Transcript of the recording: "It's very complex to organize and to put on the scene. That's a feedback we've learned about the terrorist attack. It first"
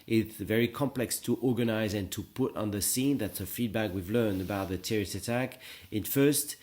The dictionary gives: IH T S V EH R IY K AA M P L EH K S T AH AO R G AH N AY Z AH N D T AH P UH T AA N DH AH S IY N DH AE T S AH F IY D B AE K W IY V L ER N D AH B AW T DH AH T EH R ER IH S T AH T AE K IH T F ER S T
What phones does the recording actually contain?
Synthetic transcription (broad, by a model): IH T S V EH R IY K AA M P L EH K S T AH AO R G AH N AY Z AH N T AH P UH T N DH AH S IY N DH AE T S AH F IY D B AE K W IY V L ER N D AH B AW T DH AH T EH R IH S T AH T AE K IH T F ER S T